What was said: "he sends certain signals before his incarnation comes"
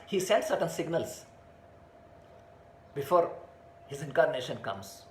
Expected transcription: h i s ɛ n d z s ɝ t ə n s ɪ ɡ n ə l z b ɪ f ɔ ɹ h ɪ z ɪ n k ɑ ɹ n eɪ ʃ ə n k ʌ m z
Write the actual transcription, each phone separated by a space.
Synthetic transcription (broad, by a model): h i s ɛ n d s ɝ t ə n s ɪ ɡ n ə l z b ɪ f ɔ ɹ h ɪ z ɪ n k ɑ ɹ n eɪ ʃ ə n k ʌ m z